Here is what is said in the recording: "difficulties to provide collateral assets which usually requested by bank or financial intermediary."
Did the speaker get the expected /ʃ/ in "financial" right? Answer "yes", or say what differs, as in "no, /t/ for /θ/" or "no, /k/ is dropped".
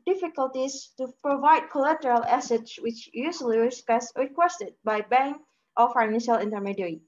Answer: yes